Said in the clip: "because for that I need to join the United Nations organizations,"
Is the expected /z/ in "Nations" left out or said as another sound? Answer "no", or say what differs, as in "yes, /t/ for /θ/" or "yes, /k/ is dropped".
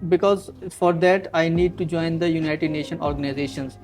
yes, /z/ is dropped